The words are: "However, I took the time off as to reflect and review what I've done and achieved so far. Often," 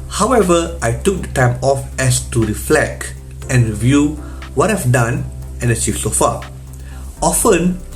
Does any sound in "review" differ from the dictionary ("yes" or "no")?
no